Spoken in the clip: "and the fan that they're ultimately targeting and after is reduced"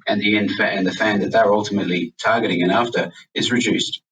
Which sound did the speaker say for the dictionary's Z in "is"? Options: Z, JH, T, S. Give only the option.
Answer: Z